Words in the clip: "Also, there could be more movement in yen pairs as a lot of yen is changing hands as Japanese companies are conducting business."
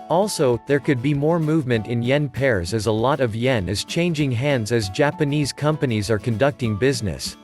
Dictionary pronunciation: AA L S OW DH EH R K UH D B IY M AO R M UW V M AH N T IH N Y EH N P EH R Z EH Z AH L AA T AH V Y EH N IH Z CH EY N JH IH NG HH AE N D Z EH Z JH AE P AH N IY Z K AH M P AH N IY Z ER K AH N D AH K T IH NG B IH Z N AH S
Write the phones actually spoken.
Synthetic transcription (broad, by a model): AA L S OW DH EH R K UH D B IY M AO R M UW V M AH N T IH N Y EH N P EH R Z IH Z AH L AA T AH V Y EH N IH Z CH EY N JH IH NG HH AE N D Z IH Z JH AE P AH N IY Z K AH M P AH N IY Z ER K AH N D AH K T IH NG B IH Z N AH S